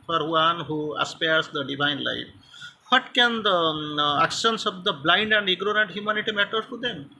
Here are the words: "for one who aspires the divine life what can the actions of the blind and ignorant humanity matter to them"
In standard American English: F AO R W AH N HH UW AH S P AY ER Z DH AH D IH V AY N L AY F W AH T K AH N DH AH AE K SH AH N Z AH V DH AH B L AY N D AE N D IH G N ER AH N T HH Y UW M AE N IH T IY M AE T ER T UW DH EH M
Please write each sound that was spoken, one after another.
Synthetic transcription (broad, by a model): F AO R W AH N HH UW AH S P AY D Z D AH D IH V AY N L AY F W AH T K AH N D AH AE K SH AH N S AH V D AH B L AY N D AE N D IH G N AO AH N T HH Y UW M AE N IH T IY M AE T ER T UW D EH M